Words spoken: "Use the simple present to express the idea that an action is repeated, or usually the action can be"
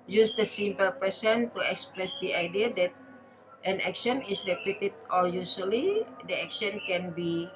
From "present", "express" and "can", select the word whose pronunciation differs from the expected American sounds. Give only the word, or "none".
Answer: present